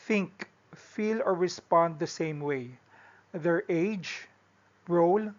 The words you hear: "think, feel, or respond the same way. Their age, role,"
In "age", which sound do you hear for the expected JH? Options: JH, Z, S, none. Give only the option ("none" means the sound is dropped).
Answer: JH